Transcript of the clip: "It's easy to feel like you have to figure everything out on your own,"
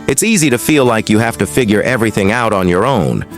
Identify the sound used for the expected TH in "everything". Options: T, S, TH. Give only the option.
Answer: TH